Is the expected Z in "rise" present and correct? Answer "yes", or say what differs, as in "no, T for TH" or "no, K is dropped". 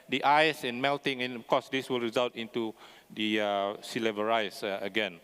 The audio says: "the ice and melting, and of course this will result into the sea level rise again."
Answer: no, S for Z